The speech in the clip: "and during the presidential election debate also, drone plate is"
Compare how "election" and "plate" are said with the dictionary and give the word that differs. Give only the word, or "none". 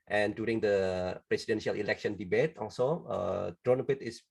plate